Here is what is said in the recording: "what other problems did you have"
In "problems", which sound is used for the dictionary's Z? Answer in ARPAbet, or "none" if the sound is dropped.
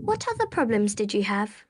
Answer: Z